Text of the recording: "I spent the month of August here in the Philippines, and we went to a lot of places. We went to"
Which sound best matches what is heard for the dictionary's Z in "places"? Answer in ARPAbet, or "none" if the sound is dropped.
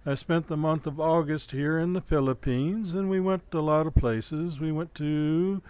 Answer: Z